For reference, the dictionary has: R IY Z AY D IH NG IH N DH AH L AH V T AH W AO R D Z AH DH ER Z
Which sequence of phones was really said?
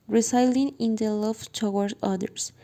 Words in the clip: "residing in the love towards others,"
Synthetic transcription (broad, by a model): R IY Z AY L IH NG IH N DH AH L AH V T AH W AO R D AH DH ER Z